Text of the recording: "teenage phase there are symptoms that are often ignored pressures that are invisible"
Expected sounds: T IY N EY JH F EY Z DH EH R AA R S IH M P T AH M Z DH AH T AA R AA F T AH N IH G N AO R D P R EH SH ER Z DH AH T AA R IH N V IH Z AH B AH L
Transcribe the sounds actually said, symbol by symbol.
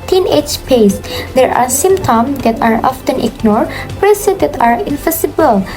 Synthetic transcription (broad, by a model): T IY N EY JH P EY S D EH R AA R S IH M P T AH M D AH T AA R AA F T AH N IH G N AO R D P R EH S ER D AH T AA R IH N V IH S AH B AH L